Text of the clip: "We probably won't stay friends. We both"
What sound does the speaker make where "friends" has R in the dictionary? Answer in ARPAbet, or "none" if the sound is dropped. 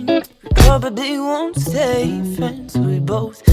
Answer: none